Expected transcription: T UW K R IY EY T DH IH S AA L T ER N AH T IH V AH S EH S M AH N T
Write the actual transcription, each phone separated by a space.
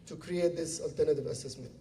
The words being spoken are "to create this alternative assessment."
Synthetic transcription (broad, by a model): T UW K R IY EY T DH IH S AA L T ER N AH T IH V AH S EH S M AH N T